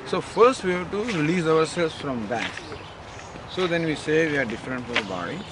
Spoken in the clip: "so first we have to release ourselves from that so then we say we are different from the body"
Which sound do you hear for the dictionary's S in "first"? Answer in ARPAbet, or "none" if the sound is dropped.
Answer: S